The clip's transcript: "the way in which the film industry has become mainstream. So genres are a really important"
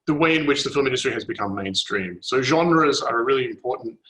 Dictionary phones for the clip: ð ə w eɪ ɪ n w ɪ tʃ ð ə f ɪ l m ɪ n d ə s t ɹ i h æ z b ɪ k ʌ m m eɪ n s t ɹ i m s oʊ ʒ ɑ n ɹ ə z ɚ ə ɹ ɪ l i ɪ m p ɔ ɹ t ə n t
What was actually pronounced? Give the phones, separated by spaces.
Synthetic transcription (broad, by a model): ð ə w eɪ ɪ n w ɪ tʃ ð ə f ɪ l m ɪ n d ə s t ɹ i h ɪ z b ɪ k ʌ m m eɪ n s t ɹ i m s oʊ ʒ ɑ n ɹ ə z ɚ ə ɹ ɪ l i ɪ m p ɔ ɹ t n t